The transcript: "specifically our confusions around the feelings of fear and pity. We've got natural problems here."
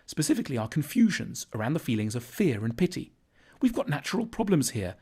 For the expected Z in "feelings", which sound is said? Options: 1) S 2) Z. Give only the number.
2